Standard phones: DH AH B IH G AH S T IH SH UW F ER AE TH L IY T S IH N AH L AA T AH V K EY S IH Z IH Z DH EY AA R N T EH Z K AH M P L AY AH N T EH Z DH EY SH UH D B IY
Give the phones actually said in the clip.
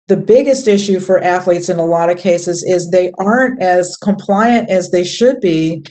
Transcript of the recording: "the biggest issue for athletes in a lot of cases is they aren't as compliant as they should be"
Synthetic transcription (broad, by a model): DH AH B IH G AH S T IH SH UW F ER AE TH L IY T S IH N AH L AA T AH V K EY S IH Z IH Z DH EY AA R N T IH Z K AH M P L AY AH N T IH Z DH EY SH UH D B IY